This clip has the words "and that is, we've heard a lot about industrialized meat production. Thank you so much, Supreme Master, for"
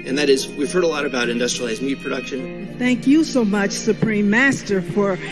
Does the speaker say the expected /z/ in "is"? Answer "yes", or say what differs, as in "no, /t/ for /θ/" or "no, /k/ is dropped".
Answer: yes